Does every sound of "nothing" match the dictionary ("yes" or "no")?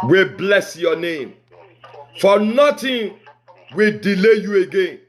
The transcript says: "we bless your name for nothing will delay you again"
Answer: no